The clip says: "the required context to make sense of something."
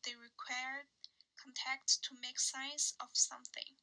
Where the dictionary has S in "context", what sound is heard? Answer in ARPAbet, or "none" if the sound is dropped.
none